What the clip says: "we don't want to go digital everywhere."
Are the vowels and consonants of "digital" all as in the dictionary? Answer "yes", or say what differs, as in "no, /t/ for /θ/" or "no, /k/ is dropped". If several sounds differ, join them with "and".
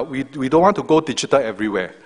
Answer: no, /tʃ/ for /dʒ/